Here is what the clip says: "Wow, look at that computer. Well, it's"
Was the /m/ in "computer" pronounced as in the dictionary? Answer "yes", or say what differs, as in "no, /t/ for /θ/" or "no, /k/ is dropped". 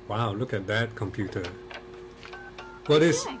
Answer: yes